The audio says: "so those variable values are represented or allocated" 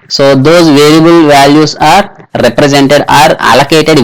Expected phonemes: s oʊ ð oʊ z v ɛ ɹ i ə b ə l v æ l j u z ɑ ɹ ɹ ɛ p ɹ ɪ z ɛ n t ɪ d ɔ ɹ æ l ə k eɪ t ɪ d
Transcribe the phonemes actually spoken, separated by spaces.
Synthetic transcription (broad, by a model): s oʊ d oʊ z v ɛ ɹ i ə b ə l v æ l j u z ɑ ɹ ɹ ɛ p ɹ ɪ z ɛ n t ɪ d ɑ ɹ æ l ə k eɪ t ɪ d